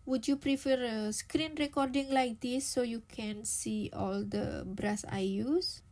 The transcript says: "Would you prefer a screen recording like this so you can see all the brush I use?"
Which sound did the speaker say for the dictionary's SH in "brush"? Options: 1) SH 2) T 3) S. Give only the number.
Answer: 3